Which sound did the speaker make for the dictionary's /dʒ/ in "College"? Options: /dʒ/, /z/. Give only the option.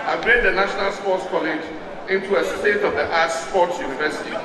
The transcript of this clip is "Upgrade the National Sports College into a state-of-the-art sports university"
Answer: /dʒ/